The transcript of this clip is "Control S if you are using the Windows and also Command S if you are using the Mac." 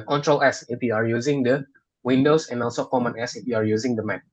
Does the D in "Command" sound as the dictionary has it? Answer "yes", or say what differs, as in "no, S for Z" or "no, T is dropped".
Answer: no, D is dropped